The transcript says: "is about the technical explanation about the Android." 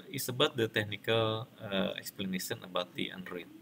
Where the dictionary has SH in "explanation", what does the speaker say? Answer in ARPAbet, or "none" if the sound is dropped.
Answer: S